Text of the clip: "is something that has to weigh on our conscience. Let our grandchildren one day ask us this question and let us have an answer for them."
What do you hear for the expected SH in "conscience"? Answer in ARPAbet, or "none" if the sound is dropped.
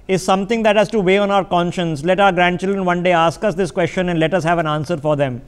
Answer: SH